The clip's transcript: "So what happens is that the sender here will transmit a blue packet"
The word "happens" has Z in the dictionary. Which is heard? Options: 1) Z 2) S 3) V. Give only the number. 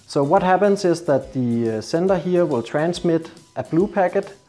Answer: 2